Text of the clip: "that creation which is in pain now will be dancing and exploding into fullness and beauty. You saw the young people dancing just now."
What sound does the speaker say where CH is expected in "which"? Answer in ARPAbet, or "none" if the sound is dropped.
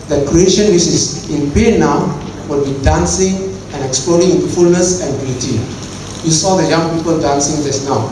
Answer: S